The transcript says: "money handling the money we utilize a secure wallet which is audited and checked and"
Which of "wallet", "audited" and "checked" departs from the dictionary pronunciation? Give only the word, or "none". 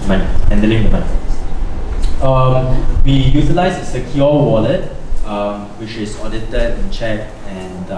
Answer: checked